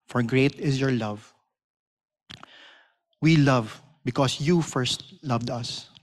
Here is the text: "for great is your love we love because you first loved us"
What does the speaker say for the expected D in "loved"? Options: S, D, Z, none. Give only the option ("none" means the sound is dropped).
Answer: D